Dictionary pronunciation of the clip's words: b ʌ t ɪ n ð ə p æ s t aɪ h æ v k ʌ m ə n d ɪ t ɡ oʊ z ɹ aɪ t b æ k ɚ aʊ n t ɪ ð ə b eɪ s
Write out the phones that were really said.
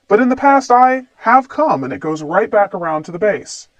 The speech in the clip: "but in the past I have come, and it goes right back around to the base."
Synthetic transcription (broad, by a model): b ʌ t ɪ n ð ə p æ s t aɪ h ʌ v k ʌ m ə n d ɪ t ɡ oʊ z ɹ aɪ t b æ k ɚ aʊ n t ɪ ð ə b eɪ s